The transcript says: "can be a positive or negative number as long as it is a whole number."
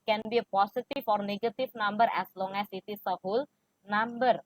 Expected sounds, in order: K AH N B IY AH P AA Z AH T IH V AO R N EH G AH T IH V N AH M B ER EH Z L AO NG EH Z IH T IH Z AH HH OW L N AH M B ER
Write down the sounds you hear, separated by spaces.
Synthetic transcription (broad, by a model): K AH N B IY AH P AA S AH T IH F AO R N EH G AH T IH F N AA M B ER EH S L AO NG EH S IH T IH S AH HH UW L N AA M B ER